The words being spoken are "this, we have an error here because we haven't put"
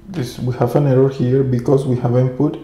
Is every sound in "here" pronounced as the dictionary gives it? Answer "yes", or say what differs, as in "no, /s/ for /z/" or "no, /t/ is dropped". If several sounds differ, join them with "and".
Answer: yes